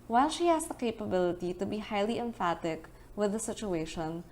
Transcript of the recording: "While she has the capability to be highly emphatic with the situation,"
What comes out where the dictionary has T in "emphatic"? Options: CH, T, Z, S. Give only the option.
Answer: T